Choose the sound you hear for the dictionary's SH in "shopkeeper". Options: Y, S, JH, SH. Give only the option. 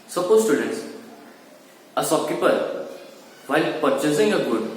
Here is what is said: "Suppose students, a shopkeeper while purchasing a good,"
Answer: S